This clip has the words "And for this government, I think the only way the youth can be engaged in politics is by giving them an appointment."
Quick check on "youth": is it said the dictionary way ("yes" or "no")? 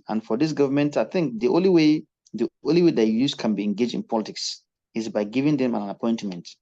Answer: no